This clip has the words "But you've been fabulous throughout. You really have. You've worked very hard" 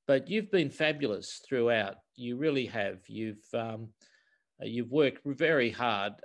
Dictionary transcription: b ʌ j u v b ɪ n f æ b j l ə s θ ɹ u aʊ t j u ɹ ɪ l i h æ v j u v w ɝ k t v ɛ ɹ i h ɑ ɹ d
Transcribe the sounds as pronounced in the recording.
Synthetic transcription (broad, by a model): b ʌ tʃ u v b ɪ n f æ b j l ə s θ ɹ u aʊ t j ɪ ɹ ɪ l i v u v j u v w ɝ k t v ɛ ɹ i h ɑ ɹ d